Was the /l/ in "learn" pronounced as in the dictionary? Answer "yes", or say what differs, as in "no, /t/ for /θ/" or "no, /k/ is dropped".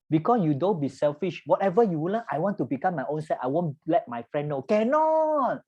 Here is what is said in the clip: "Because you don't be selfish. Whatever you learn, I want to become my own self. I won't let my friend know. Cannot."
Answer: no, /w/ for /l/